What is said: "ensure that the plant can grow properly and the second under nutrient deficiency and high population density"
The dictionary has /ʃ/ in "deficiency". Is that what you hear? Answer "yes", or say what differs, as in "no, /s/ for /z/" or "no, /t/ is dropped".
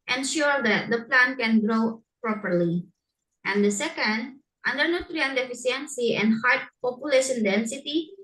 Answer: no, /s/ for /ʃ/